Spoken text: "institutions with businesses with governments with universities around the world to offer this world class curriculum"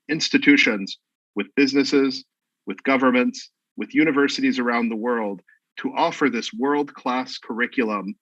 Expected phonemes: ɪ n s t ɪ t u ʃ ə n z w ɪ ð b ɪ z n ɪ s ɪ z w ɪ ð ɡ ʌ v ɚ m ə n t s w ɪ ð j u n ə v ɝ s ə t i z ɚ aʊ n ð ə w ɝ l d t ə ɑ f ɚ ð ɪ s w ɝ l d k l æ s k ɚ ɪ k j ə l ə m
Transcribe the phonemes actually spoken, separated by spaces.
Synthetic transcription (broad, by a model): ɪ n s t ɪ t u ʃ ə n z w ɪ ð b ɪ z n ɪ s ɪ z w ɪ ð ɡ ʌ v ɚ m ə n t s w ɪ ð j u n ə v ɝ s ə t i z ɚ aʊ n ð ə w ɝ l d t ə ɑ f ɚ ð ɪ s w ɝ l d k l æ s k ɚ ɪ k j l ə m